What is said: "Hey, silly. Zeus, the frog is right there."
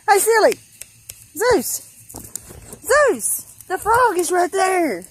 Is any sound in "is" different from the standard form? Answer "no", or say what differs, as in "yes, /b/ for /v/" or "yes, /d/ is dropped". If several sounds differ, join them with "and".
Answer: no